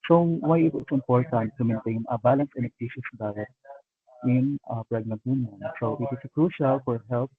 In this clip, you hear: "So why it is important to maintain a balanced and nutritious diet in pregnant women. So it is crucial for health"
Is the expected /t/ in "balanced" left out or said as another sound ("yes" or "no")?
yes